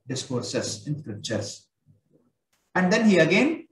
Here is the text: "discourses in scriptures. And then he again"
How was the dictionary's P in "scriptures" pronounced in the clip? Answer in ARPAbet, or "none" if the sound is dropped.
none